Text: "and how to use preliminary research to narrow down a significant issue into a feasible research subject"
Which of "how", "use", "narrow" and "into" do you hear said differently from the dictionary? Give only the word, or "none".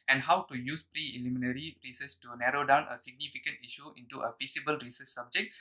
none